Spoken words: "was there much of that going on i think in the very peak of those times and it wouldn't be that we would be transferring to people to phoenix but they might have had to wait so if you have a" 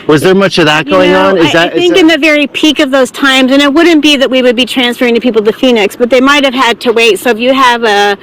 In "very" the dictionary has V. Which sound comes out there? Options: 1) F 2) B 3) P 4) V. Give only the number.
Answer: 4